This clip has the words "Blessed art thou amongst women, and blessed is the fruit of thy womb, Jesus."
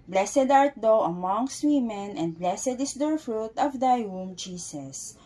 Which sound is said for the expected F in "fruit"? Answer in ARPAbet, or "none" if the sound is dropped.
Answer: F